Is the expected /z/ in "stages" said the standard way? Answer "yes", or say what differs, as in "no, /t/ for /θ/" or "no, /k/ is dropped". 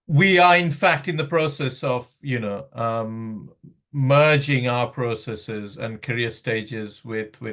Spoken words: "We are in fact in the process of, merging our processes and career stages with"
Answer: yes